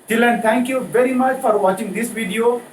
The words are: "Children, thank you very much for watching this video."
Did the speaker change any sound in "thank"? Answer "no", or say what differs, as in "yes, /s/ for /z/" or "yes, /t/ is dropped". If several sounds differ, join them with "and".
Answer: yes, /t/ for /θ/